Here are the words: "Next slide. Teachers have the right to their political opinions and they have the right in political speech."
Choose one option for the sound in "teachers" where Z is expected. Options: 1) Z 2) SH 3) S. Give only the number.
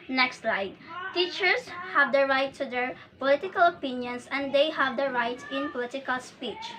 3